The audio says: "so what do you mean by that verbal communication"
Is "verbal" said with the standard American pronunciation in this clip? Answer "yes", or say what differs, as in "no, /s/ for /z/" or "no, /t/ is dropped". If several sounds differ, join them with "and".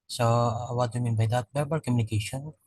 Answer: no, /b/ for /v/